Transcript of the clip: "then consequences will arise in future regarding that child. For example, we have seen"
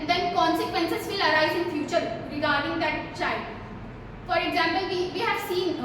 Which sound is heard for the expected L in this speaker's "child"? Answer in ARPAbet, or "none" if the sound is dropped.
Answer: L